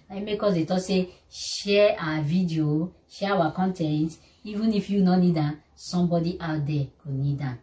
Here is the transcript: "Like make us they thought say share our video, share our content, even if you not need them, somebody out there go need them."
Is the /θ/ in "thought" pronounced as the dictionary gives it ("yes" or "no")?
no